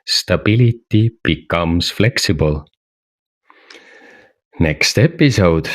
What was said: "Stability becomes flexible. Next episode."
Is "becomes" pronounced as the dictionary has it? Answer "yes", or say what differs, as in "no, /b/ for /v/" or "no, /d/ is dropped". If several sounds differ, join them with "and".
no, /s/ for /z/